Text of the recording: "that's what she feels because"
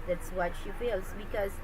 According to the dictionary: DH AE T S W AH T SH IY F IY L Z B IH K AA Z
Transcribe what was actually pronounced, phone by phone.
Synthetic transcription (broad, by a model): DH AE T S W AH T SH IY F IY L S B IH K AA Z